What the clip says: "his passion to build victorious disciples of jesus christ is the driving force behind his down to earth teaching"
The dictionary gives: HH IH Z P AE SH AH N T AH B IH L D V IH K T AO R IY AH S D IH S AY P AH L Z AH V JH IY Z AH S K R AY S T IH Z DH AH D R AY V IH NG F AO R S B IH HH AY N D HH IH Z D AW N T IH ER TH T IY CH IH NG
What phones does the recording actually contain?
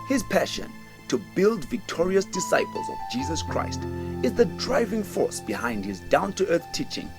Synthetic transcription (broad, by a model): HH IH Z P AE SH AH N T AH B IH L D V IH K T AO R IY AH S D IH S AY P AH L Z AH V JH IY Z AH S K R AY S T IH Z DH AH D R AY V IH NG F AO R S B IH HH AY N D HH IH Z D AW N T IH ER TH T IY CH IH NG